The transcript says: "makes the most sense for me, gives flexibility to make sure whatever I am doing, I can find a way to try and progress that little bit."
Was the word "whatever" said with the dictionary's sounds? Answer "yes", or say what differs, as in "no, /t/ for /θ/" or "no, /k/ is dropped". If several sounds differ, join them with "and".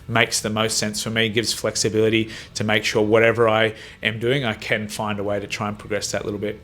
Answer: yes